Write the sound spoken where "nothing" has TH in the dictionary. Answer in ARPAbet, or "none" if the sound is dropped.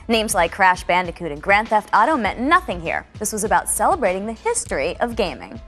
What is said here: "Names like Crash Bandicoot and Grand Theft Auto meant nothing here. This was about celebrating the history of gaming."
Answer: TH